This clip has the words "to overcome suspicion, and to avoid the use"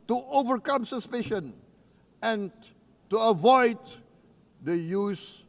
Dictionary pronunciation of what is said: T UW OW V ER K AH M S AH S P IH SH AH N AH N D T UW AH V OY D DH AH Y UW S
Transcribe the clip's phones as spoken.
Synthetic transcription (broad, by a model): T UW OW V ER K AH M S AH S P IH SH AH N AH N T UW AH V OY D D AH Y UW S